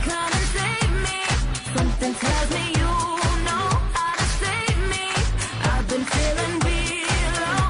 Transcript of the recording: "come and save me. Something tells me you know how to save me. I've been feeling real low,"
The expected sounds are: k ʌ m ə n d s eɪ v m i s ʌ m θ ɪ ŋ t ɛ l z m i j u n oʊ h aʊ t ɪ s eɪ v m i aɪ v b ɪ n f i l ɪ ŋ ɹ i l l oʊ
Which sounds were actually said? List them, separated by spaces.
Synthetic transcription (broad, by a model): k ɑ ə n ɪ s eɪ v m i s ʌ m θ ɪ ŋ t ɛ l z m i j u n oʊ h aʊ t ɪ s eɪ v m i aɪ v b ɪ n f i l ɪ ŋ w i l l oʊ